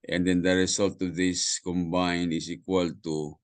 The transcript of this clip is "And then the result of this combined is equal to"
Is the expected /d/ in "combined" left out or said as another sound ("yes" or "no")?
yes